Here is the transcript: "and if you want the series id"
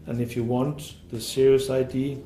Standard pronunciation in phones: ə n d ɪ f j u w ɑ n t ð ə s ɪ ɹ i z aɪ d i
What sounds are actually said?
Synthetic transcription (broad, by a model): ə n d ɪ f j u w ɑ n t ð ə s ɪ ɹ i s aɪ d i